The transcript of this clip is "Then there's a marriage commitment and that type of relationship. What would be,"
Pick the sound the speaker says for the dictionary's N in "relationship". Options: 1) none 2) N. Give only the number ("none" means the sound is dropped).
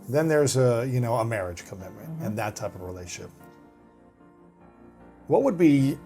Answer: 1